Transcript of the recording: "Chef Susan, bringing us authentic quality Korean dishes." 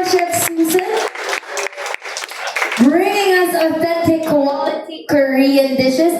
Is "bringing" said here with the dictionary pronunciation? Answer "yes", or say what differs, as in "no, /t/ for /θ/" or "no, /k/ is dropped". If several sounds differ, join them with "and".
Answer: yes